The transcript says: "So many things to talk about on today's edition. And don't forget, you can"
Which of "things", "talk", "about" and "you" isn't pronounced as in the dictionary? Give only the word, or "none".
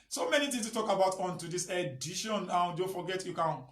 things